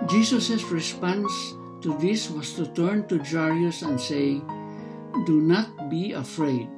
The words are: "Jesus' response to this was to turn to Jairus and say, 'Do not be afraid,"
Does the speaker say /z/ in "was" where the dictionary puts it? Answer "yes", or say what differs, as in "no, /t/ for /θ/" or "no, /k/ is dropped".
no, /s/ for /z/